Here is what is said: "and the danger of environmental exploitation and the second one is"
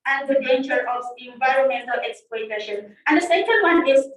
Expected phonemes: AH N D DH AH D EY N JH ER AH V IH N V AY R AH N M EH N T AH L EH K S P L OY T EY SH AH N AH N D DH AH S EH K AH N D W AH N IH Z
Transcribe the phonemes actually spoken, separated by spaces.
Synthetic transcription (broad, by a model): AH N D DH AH D EY N JH ER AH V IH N V AY R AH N M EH N T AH L EH K S P L OY T EY SH AH N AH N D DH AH S EH K AH N D W AH N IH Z